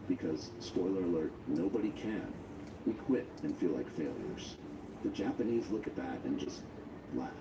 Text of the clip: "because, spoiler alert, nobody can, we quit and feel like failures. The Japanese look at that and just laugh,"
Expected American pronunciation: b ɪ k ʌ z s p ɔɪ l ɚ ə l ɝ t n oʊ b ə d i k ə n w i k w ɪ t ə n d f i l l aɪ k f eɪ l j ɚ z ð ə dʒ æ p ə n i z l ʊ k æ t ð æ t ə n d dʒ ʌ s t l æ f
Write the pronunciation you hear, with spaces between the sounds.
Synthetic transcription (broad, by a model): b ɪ k ʌ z s p ɔɪ l ɚ ə l ɝ t n oʊ b ə d i k ə n w i k w ɪ t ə n f i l l aɪ k f eɪ l j ɚ z ð ə dʒ æ p ə n i z l ʊ k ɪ t ð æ t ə n dʒ ʌ s t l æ